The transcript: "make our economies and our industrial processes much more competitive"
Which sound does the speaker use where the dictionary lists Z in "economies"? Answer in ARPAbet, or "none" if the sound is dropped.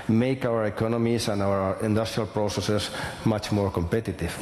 S